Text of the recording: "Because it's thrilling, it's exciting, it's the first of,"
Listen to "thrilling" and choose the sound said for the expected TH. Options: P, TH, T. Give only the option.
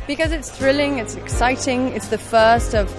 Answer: TH